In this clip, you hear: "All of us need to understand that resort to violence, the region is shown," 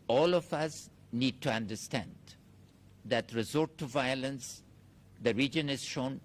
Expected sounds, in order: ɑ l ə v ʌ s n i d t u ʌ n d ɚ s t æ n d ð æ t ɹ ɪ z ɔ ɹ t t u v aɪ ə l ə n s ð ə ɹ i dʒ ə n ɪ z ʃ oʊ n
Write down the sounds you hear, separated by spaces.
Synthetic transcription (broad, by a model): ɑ l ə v ʌ s n i d t u ʌ n d ɚ s t æ n d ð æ t ɹ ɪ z ɔ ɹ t t u v aɪ ə l ə n s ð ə ɹ i dʒ ə n ɪ z ʃ oʊ n